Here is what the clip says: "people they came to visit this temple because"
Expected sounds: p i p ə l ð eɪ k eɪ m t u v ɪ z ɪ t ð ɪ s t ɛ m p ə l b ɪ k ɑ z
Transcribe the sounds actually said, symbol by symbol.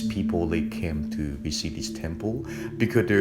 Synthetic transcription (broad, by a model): p i p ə l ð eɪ k eɪ m t u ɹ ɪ s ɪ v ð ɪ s t ɛ m p ə l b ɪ k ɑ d